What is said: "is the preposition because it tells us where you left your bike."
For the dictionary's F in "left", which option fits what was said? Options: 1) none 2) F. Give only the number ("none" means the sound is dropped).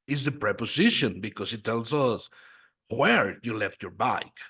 2